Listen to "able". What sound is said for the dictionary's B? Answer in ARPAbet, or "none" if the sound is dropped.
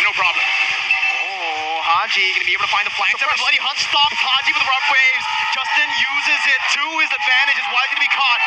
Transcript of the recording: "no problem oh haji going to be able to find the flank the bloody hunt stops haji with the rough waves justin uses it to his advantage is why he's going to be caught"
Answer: none